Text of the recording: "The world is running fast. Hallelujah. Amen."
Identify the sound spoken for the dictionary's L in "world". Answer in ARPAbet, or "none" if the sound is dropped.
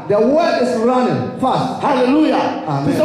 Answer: none